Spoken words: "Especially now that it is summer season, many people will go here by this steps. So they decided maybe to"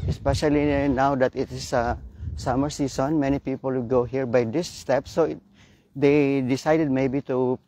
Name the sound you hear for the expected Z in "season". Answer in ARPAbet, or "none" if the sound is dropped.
S